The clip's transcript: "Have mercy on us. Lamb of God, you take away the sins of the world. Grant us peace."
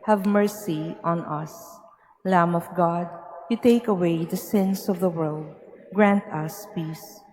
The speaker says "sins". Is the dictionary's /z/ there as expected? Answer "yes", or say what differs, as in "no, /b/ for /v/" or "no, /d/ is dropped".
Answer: no, /s/ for /z/